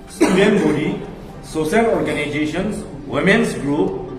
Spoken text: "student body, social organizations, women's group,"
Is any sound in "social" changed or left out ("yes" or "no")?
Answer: yes